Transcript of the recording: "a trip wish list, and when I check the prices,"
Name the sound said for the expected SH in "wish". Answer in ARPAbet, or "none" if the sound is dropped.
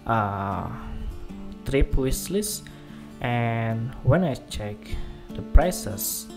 S